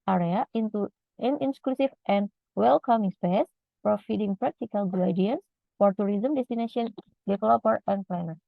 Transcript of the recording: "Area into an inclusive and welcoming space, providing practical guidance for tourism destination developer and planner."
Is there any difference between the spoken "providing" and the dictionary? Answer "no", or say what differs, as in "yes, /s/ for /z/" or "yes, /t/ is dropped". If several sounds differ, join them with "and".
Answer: yes, /f/ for /v/